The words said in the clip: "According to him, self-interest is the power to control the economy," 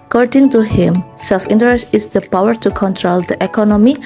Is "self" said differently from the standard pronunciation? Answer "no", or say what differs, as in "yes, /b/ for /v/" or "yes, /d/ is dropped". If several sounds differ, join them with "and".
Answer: no